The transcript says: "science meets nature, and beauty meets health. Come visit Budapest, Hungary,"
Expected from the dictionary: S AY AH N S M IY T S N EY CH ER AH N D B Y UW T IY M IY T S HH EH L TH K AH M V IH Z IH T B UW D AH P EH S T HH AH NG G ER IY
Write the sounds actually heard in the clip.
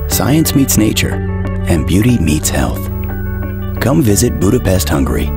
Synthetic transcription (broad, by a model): S AY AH N S M IY T S N EY CH ER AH N B Y UW T IY M IY T S HH EH L TH K AH M V IH Z IH T B UW D AH P EH S T HH AH NG G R IY